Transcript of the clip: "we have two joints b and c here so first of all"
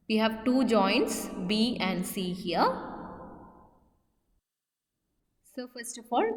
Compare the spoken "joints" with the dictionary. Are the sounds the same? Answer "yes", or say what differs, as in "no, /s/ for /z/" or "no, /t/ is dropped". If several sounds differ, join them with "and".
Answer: yes